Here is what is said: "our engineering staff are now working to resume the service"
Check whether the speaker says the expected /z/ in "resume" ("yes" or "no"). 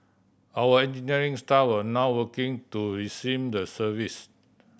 no